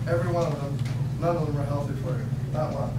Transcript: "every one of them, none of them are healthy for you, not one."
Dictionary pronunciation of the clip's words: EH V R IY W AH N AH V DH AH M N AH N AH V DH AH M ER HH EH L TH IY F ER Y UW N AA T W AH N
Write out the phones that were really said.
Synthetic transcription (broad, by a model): EH V R IY W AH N AH V DH AH M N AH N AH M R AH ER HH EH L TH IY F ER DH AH L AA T